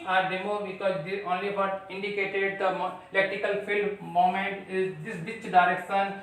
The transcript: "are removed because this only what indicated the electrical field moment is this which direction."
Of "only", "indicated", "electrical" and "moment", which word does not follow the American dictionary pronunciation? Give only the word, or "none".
electrical